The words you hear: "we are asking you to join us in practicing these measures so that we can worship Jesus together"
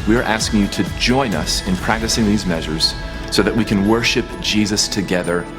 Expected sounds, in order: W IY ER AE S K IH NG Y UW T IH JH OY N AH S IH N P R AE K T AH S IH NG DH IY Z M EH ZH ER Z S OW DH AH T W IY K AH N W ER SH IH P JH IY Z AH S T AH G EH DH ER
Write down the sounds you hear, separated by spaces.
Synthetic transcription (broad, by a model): W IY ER AE S K IH NG Y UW T IH JH OY N AH S IH N P R AE K T AH S IH NG DH IY Z M EH ZH ER Z S OW DH AH T W IY K AH N W ER SH IH P JH IY Z AH S T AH G EH DH ER